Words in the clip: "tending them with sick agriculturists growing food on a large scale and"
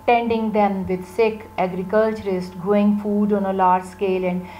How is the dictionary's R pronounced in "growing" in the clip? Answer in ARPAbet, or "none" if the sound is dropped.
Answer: none